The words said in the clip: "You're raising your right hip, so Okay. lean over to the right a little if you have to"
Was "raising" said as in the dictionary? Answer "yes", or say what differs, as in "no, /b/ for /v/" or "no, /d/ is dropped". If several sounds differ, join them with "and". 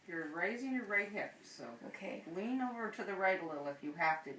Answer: yes